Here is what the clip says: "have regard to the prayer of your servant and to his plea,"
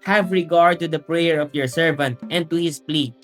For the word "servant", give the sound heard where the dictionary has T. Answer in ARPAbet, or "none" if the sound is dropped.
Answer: T